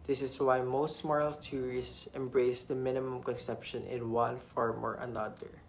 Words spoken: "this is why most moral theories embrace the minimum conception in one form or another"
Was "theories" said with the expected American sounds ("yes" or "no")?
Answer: no